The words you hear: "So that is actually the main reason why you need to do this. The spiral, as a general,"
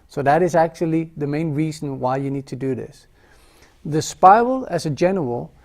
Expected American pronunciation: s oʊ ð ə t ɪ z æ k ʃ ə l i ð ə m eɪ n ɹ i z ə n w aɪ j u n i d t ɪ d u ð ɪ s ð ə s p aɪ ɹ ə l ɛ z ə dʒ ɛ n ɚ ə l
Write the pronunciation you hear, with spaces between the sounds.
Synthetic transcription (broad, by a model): s oʊ ð ə t ɪ z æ k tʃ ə l i ð ə m eɪ n ɹ i z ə n w aɪ j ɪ n i d t ɪ d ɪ ð ɪ s ð ə s p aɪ ə l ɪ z ə dʒ ɛ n ɚ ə l